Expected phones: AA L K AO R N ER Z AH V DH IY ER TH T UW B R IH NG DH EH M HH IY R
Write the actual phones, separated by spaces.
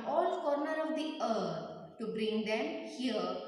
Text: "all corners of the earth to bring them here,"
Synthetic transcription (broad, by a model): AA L K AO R N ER AH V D IY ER T T UW B R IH NG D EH M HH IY R